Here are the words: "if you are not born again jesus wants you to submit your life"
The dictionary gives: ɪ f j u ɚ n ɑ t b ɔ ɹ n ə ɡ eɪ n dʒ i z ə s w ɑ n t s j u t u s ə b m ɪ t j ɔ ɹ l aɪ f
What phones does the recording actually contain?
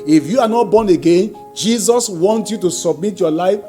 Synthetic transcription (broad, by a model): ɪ f j u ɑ n ɑ t b ɔ n ə ɡ eɪ n dʒ i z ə s w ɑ n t j u t u s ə b m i t j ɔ l aɪ f